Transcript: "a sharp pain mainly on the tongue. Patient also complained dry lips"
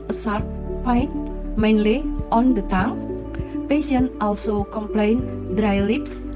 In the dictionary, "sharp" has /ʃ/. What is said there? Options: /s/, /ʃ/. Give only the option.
/s/